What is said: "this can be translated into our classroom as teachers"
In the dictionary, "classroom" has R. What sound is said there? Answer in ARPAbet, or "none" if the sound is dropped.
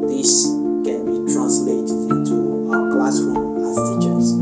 W